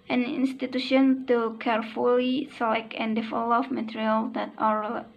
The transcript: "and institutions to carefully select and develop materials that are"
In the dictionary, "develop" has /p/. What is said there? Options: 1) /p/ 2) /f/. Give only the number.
2